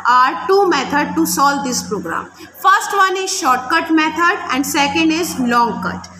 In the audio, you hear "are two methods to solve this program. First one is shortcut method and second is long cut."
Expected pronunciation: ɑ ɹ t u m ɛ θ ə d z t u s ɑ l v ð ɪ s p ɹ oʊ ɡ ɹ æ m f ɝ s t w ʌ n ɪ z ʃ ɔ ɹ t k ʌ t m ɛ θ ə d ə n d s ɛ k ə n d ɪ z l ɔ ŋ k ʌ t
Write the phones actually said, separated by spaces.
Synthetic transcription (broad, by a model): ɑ ɹ t u m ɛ t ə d t u s ɑ l v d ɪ s p ɹ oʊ ɡ ɹ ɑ m f ɝ s t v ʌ n ɪ z ʃ ɔ ɹ t k ʌ t m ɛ t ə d ə n d s ɛ k ə n d ɪ z l ɔ ŋ k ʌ t